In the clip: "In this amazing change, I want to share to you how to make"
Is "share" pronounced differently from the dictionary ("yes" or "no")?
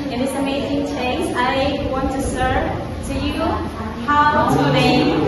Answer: yes